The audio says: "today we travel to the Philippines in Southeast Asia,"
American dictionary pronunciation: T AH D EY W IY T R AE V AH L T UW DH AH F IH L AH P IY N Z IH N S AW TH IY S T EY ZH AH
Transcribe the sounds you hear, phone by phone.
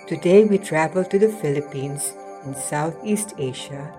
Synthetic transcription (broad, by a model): T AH D EY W IY T R AE V AH L T UW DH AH F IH L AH P IY N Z IH N S AW T IY S T EY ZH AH